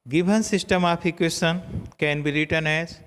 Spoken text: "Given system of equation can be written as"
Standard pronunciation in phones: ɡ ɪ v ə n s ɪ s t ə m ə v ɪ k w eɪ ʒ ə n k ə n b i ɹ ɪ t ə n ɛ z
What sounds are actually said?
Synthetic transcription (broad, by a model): ɡ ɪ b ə n s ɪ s t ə m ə p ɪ k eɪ s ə n k ə n b i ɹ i t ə n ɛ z